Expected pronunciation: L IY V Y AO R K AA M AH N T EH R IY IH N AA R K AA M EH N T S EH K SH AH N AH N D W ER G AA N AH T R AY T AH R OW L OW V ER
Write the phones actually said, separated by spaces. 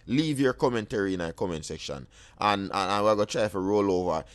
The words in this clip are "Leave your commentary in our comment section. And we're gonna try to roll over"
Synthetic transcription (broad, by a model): L IY V Y AO R K AA M AH N T EH R IY IH N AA K AA M EH N T S EH K SH AH N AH N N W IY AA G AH T R AY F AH R OW L OW V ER